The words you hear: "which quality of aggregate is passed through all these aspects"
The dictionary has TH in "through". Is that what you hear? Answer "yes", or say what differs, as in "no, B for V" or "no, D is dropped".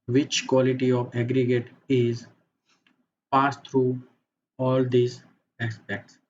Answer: no, T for TH